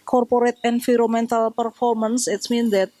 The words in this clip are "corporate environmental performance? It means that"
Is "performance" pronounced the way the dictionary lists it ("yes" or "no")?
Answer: yes